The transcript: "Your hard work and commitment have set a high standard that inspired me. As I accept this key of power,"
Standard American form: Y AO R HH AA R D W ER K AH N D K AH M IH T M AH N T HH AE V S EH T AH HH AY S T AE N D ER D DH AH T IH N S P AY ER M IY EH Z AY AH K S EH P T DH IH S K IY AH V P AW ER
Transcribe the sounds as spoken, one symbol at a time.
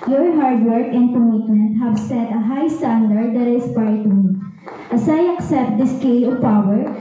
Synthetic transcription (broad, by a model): Y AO R HH AA R D W ER K AH N D K AH M IH T M AH N T HH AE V S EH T AH HH AY S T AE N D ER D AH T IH S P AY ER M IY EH S AY AH K S EH P T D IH S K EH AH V P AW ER